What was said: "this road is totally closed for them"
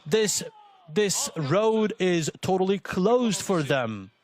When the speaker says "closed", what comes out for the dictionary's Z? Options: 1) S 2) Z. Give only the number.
2